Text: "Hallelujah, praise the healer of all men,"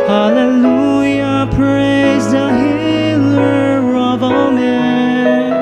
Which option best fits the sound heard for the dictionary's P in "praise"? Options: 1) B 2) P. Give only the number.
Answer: 2